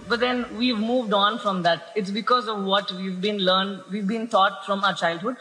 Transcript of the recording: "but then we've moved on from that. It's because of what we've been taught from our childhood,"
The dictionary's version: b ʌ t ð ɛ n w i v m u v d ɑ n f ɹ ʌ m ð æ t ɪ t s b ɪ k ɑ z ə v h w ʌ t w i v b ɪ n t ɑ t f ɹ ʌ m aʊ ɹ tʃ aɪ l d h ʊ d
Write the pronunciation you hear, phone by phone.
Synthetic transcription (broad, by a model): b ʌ t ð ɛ n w i v m u v d ɑ n f ɹ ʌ m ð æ t ɪ t s b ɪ k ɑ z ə v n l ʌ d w i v b ɪ n t ɑ t f ɹ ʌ m aʊ ɹ tʃ aɪ l d h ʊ d